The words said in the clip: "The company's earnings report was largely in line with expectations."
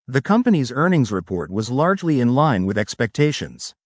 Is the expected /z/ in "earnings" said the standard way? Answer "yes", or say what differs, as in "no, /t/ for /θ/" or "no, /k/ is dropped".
yes